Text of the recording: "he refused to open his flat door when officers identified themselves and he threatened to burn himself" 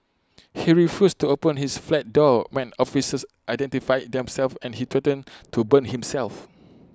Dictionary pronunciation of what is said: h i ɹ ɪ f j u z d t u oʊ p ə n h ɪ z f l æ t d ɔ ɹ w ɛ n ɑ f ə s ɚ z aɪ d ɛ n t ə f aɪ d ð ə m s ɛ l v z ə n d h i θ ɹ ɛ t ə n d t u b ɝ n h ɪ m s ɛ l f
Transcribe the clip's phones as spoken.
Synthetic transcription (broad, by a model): h i ɹ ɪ f j u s t u oʊ p ə n h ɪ s f l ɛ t d ɔ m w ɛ n ɑ f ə s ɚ s aɪ d ɛ n t ə f aɪ d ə m s ɛ l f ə n h i t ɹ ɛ t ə n t u b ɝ n h ɪ m s ɛ l f